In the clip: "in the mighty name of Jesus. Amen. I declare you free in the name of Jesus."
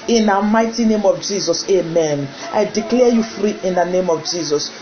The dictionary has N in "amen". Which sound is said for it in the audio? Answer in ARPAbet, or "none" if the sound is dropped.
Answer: N